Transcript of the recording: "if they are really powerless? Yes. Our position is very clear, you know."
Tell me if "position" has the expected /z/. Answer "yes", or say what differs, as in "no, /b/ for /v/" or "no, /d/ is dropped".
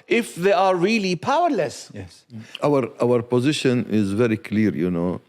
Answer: yes